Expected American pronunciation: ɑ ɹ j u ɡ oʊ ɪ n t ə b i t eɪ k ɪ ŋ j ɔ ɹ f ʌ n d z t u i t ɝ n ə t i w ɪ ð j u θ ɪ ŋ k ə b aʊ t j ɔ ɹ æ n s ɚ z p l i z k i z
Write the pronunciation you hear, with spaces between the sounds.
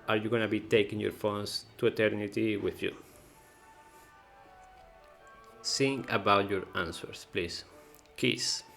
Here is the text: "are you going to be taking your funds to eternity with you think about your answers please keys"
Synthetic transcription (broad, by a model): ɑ ɹ j u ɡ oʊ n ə b i t eɪ k ɪ ŋ j ɔ ɹ f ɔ n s t u i t ɝ n ə t i w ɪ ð j u s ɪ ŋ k ə b aʊ t j ɔ ɹ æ n s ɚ s p l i s k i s